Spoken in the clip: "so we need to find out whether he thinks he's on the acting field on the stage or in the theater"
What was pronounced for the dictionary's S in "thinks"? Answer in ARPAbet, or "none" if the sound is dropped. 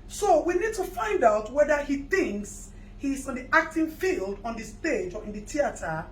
S